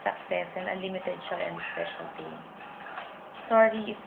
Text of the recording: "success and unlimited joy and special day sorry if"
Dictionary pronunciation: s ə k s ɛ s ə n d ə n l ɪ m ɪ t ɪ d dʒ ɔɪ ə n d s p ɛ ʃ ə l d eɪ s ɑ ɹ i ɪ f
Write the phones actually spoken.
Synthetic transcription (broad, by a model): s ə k s ɛ s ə n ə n l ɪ m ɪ t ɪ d ʃ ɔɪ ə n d s p ɛ ʃ ə l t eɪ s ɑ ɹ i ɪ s